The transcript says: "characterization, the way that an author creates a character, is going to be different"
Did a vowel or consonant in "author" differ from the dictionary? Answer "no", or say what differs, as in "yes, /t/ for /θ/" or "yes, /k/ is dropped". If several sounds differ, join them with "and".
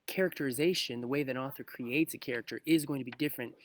no